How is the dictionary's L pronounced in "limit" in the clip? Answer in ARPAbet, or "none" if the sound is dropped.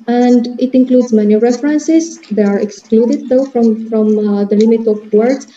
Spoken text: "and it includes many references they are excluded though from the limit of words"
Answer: L